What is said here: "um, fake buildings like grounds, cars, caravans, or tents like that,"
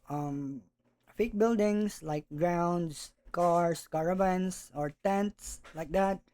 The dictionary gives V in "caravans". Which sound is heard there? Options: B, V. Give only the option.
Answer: B